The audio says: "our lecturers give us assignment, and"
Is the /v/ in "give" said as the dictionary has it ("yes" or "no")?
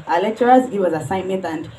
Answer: no